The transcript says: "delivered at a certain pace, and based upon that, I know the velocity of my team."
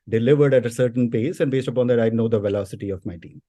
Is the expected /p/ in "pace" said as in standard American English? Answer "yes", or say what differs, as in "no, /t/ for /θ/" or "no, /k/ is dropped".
yes